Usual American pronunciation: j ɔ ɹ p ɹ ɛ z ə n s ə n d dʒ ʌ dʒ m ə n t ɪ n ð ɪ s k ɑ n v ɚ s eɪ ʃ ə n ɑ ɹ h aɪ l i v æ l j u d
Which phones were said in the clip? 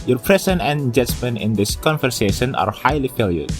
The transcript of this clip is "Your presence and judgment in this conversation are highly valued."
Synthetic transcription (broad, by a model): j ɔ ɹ p ɹ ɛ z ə n ə n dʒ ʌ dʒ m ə n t ɪ n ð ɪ s k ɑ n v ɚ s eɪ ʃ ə n ɑ ɹ h aɪ l i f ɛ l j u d